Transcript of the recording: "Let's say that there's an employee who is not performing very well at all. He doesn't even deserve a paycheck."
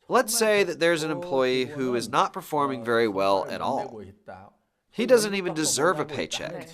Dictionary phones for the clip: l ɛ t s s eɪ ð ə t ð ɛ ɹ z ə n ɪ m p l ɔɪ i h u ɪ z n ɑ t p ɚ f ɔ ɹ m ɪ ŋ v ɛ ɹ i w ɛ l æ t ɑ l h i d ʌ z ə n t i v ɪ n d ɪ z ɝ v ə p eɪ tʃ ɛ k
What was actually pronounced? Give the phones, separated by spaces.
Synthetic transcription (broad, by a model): l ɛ t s s eɪ ð ə t ð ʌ ɹ z ə n ɪ m p l ɔɪ i h u ɪ z n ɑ t p ɚ f ɔ ɹ m ɪ ŋ v ɛ ɹ i w ɛ l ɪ t ɑ l h i d ʌ z ə n t i v ɪ n d ɪ z ɝ v ə p eɪ tʃ ɛ k